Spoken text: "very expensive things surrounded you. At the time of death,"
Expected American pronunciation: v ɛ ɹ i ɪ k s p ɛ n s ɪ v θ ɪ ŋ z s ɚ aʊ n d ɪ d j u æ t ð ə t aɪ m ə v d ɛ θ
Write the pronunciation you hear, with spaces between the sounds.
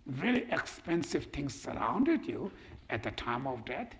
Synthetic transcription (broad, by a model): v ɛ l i ɪ k s p ɛ n s ɪ v t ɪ ŋ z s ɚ aʊ n d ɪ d j u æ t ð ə t aɪ m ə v d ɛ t